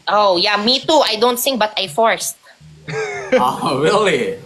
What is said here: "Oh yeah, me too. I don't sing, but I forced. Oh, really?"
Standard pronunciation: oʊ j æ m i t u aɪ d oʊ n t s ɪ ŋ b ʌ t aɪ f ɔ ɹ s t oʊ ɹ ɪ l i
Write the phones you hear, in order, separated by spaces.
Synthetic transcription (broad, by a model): oʊ j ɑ m i t u aɪ d oʊ n t s ɪ ŋ b ʌ t aɪ f ɔ ɹ s t oʊ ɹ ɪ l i